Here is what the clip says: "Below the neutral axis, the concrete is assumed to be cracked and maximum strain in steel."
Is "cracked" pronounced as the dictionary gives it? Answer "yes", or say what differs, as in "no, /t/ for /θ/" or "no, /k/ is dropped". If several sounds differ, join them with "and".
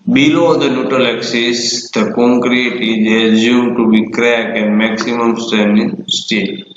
no, /t/ is dropped